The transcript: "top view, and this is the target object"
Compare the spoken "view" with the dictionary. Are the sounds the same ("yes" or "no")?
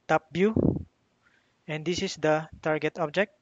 no